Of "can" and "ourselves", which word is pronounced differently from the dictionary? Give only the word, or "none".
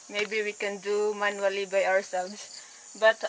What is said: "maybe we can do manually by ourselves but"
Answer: ourselves